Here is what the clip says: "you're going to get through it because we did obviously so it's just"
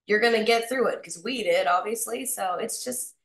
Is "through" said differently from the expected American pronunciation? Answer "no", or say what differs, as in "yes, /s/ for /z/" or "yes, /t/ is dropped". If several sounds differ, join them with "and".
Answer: no